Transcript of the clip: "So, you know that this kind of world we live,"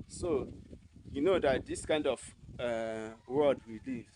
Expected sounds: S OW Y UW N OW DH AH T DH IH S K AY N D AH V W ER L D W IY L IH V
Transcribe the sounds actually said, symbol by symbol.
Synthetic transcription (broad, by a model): S OW Y UW N OW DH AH T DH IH S K AY N D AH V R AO D W IY L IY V